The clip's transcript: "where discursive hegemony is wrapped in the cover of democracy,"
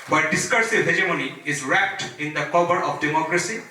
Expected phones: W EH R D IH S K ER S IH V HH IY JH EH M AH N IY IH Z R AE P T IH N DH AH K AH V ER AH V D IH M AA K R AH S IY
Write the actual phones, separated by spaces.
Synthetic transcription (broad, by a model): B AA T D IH S K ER S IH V HH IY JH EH M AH N IY IH Z R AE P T IH N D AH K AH B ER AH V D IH M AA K R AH S IY